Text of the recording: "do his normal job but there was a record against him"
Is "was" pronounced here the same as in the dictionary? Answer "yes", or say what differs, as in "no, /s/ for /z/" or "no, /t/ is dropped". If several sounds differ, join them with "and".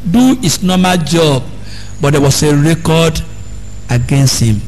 no, /s/ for /z/